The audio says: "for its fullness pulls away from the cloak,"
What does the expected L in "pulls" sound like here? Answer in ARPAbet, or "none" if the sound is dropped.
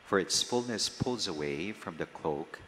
L